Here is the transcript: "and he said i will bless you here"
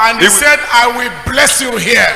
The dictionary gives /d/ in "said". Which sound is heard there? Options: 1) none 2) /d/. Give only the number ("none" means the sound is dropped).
2